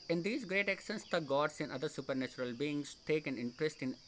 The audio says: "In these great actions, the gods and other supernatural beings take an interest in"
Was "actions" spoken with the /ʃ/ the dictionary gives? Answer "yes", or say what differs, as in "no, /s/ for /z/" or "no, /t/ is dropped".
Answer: no, /s/ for /ʃ/